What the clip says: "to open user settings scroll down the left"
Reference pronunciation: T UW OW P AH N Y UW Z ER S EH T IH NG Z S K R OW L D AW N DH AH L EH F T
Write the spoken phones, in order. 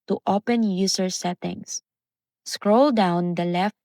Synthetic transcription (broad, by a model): T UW OW P AH N Y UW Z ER S EH T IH NG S S K R OW L D AW N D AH L EH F